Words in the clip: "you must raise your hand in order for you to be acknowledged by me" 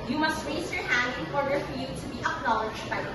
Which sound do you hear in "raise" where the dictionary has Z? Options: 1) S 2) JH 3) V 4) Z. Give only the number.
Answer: 1